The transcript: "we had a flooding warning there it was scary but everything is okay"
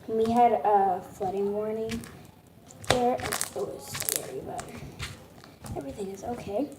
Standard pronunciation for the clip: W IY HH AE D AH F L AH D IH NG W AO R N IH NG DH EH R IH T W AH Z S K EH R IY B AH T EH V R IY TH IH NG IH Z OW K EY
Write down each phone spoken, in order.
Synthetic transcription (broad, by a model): W IY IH D AH F L AH D IH NG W AO R N IH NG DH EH R IH T W AH Z S K EH R IY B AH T EH V R IY TH IH NG IH Z OW K EY